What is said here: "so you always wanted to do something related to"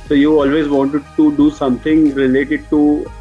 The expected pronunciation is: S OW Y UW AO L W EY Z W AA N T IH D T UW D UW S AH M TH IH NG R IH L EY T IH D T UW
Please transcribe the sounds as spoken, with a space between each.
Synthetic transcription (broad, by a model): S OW Y UW AO L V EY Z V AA N T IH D T UW D UW S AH M T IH NG R IH L EY T IH D T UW